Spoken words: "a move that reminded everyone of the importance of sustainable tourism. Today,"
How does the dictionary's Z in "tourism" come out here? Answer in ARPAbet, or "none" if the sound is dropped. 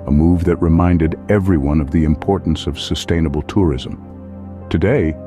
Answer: Z